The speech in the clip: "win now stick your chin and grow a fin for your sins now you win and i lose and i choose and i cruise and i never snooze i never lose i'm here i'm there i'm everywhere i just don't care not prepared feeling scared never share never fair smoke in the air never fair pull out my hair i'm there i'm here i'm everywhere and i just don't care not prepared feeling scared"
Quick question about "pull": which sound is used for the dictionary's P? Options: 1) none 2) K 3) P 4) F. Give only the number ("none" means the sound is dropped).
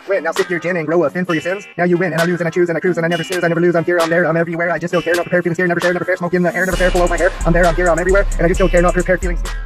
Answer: 4